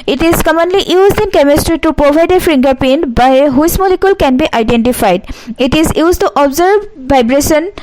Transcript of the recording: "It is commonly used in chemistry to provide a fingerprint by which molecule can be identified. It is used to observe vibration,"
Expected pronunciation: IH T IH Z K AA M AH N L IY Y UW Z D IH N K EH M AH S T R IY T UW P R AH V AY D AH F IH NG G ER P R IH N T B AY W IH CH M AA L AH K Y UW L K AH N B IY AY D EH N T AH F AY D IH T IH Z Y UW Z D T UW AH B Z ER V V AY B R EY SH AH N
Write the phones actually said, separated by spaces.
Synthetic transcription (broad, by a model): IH T IH Z K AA M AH N L IY Y UW Z D IH N K EH M AH S T R IY T UW P R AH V AY D AH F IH NG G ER P EH N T B AY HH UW S M AA L AH K Y UW L K AH N B IY AY D EH N T AH F AY D IH T IH Z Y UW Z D T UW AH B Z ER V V AY B R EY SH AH N